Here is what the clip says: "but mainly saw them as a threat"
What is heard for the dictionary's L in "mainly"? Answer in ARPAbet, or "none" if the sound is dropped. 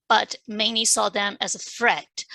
none